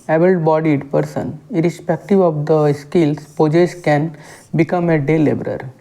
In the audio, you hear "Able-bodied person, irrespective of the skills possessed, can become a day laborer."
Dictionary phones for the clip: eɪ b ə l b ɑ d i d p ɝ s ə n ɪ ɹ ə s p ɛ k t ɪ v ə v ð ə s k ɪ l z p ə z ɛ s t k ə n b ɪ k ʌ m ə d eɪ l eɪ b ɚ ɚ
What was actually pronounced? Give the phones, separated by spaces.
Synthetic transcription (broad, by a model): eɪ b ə l b ɑ d i d p ɝ s ə n ɪ ɹ ə s p ɛ k t ɪ v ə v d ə s k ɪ l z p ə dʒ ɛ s k ə n b ɪ k ʌ m ə d eɪ l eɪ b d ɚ